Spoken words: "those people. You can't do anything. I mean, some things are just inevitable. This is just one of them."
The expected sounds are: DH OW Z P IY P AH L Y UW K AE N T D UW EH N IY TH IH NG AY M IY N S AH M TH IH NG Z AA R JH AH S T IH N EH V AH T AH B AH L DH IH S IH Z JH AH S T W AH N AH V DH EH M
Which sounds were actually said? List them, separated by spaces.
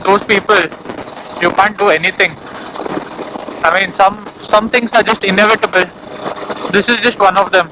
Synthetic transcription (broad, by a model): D OW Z P IY P AH L Y UW K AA N T D UW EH N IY T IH NG AY M IY N S AH M S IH NG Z AA R JH AH S T IH N EH V AH T AH B AH L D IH S IH Z JH AH S T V AH N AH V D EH M